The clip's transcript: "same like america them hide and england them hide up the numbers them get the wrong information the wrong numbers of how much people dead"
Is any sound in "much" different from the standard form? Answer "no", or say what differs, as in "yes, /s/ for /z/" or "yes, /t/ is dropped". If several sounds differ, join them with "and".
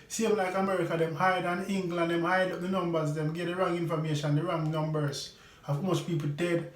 yes, /s/ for /tʃ/